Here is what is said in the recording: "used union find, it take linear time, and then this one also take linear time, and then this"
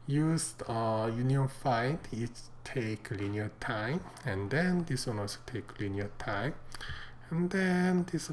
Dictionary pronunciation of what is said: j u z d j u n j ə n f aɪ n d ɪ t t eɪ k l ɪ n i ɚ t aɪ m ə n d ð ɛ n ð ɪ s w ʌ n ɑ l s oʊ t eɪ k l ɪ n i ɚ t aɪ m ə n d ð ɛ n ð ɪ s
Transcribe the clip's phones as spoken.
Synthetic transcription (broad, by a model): j u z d j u n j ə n f aɪ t ɪ t t eɪ k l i n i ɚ t aɪ m ə n d ɛ n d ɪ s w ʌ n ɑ s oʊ t eɪ k l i n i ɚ t aɪ m ə n d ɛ n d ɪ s